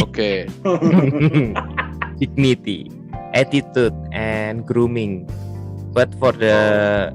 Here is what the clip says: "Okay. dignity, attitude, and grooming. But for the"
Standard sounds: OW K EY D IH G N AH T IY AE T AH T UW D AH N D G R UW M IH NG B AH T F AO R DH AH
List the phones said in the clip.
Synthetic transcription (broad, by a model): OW K EY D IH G N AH T IY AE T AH T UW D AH N G R UW M IH NG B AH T F AO R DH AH